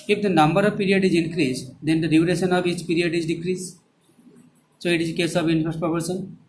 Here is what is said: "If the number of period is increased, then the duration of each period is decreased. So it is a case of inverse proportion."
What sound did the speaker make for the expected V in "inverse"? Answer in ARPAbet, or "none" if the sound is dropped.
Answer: F